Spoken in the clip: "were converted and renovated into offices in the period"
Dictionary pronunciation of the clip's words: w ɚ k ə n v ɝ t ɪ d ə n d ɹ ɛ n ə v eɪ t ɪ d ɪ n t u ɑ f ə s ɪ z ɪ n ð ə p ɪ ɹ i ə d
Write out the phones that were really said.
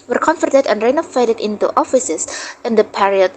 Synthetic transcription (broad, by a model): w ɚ k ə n f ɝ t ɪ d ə n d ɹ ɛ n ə f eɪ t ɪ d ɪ n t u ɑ f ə s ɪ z ɪ n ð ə p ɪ ɹ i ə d